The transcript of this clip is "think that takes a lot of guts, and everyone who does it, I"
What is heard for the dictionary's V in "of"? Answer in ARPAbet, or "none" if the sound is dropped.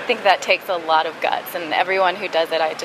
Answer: V